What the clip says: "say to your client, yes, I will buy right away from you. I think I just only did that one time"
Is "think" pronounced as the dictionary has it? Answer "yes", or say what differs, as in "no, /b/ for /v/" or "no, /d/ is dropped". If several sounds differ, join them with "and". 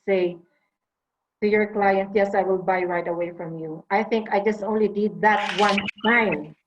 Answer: yes